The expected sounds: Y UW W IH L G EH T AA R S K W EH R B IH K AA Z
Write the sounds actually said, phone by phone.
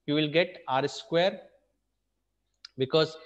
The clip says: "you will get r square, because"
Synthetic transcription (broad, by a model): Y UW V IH L G EH T AA R S K W EH R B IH K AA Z